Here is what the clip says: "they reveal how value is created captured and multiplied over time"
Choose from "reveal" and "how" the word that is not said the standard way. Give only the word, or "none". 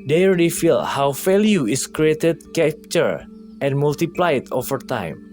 reveal